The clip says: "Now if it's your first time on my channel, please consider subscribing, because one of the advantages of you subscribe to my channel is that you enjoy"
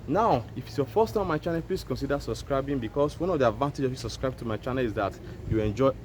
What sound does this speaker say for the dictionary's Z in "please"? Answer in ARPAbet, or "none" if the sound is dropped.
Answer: S